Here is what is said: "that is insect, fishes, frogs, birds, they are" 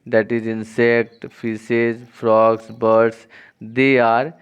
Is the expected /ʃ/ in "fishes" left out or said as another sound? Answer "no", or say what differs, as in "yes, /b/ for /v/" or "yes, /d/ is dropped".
yes, /s/ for /ʃ/